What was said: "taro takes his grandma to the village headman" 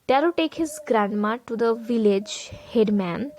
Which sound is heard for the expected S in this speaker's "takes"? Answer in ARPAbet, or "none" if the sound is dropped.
none